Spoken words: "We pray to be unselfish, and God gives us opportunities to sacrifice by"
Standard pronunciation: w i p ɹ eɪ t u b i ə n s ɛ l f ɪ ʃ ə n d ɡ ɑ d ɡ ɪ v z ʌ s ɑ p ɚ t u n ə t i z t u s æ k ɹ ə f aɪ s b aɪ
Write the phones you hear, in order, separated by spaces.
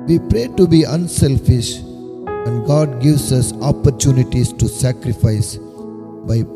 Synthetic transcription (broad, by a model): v i p ɹ eɪ t u b i ə n s ɛ l f ɪ ʃ ə n d ɡ ɑ d ɡ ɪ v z ʌ s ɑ p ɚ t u n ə t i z t u s æ k ɹ ə f aɪ s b aɪ